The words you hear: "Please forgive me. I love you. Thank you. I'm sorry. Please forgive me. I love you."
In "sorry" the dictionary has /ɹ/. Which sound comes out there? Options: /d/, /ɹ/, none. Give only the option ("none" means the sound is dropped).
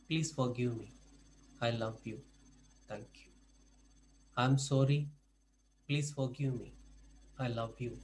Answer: /ɹ/